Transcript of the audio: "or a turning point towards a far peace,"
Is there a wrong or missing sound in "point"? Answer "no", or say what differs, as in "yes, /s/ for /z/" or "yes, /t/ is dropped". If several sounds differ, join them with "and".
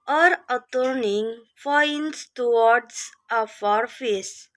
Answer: yes, /f/ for /p/